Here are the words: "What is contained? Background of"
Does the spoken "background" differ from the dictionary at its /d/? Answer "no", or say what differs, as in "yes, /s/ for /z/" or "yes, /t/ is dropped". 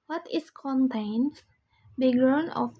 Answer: yes, /d/ is dropped